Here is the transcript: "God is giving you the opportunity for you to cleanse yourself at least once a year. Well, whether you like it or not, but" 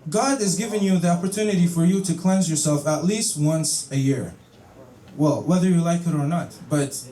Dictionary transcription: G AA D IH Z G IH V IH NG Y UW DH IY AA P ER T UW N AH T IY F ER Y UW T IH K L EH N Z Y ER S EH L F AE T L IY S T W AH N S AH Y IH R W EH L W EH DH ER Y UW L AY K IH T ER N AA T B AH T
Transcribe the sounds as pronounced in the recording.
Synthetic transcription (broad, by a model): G AA D IH Z G IH V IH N Y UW DH IY AA P ER T UW N AH T IY F ER Y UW T IH K L EH N Z Y ER S EH L F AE T L IY S T W AH N S AH Y IH R W EH L W EH DH ER Y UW L AY K IH T ER N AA T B AH T